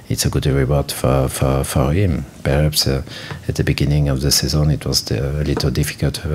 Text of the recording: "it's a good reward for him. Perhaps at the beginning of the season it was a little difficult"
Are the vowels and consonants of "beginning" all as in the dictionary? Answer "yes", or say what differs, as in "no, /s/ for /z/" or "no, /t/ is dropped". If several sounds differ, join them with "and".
yes